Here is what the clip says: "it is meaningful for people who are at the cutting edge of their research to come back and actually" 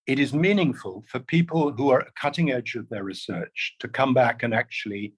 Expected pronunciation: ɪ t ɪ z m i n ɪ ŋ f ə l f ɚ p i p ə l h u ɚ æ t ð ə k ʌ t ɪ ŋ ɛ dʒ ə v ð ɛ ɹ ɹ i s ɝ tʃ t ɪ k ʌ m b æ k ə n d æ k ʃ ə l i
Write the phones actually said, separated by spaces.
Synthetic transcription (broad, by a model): ɪ t ɪ z m i n ɪ ŋ f ə l f ɚ p i p ə l h u ɚ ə k ʌ t ɪ ŋ ɛ dʒ ə v ð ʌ ɹ ɹ i s ɝ tʃ t ɪ k ʌ m b æ k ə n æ k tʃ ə l i